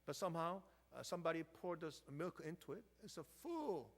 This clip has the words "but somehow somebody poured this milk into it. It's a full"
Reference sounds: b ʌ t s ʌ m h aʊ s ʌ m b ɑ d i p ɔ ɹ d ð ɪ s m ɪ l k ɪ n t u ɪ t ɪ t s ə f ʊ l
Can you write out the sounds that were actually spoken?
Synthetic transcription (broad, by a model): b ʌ t s ʌ m h aʊ s ʌ m b ɑ d i p ɔ ɹ d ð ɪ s m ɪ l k ɪ n t u ɪ t ɪ t s ə f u l